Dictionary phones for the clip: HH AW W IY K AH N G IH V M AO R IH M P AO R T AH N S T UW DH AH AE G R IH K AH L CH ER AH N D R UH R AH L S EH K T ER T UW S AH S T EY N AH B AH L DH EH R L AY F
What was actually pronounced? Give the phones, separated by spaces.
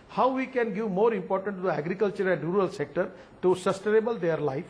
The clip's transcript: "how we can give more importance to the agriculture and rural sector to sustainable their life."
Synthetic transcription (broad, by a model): HH AW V IY K AH N G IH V M AO R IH M P AO R T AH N T UW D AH AE G R IH K AH L CH ER AH N D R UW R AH L S EH K T ER T UW S AH S T EY N AH B AH L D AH R L AY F